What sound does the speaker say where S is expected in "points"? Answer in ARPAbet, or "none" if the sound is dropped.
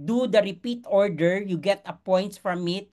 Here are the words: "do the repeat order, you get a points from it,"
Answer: none